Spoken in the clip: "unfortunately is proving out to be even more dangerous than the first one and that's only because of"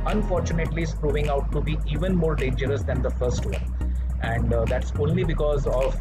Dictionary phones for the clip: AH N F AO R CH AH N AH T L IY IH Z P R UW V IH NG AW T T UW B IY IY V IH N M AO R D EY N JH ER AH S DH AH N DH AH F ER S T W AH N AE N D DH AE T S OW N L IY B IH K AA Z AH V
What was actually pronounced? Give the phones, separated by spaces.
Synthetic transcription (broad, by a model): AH N F AO R CH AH N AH T L IY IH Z P R UW V IH NG AW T T UW B IY IY V IH N M AO R D EY N JH ER AH S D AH N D AH F ER S T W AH N AE N D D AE T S OW N L IY B IH K AA Z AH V